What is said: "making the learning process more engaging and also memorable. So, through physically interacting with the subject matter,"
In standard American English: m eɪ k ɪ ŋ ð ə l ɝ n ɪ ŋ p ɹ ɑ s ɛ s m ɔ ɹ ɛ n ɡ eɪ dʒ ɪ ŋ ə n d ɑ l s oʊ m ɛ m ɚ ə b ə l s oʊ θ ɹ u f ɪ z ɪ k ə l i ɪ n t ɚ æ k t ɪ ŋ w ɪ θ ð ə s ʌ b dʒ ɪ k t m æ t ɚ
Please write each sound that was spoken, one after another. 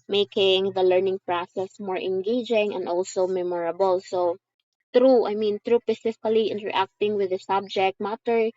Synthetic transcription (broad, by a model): m eɪ k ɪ ŋ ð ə l ɝ n ɪ ŋ p ɹ ɑ s ɛ s m ɔ ɹ ɛ n ɡ eɪ dʒ ɪ ŋ ə n d ɑ l s oʊ m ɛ m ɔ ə b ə l s oʊ t ɹ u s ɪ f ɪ k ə l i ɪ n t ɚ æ k t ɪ ŋ w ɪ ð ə s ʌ b dʒ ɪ k t m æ t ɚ